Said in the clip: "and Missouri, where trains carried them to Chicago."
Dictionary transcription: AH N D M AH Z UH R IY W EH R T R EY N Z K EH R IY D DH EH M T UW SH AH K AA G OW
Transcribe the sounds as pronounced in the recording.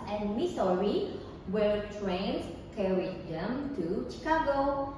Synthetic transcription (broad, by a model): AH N M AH S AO R IY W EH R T R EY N S K EH R IY D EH M T UW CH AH K AA G OW